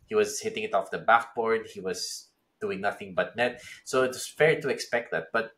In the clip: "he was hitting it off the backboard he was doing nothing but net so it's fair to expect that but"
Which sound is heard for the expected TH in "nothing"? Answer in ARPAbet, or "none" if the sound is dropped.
TH